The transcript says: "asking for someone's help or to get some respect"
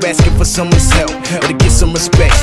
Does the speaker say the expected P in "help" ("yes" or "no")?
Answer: no